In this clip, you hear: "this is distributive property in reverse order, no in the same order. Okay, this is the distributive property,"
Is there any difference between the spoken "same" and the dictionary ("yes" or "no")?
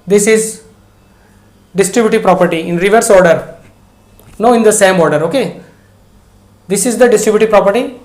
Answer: no